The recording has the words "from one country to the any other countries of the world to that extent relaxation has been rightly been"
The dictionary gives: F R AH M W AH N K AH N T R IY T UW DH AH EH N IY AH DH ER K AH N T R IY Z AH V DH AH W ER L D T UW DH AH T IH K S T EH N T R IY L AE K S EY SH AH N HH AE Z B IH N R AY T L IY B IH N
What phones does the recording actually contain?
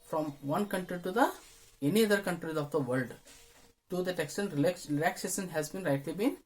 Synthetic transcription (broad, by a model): F R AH M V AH N K AH N T R IY T UW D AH EH N IY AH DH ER K AH N T R IY Z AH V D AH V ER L D T UW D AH T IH K S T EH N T L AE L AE K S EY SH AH N HH AE Z B IH N R AY T L IY B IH N